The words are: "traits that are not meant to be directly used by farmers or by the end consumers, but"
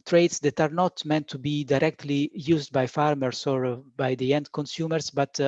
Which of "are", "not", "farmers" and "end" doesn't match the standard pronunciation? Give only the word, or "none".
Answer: farmers